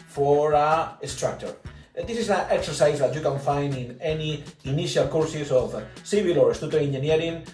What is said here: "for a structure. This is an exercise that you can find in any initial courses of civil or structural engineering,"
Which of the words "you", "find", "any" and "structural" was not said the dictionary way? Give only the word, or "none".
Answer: structural